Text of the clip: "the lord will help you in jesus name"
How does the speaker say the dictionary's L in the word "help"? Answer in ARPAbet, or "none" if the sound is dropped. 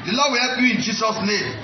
none